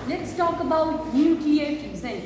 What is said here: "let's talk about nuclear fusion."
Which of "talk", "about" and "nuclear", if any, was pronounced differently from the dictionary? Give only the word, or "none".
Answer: nuclear